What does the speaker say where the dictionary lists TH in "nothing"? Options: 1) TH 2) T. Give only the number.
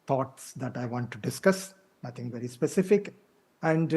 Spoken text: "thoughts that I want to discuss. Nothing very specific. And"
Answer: 2